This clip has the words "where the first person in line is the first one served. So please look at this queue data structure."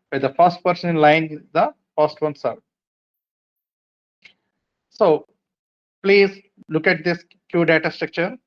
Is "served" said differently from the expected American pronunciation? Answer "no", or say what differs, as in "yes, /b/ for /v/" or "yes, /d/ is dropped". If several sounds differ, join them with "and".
yes, /v/ is dropped